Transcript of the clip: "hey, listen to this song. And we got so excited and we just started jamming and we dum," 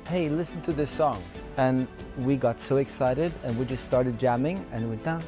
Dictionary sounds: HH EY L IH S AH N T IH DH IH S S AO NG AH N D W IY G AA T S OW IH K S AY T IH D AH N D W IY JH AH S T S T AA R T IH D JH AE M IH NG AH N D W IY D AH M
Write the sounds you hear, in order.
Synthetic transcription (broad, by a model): HH EY L IH S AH N T IH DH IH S S AO NG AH N W IY G AA T S OW IH K S AY T IH D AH N W IY JH AH S T S T AA R T IH D JH AE M IH NG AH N W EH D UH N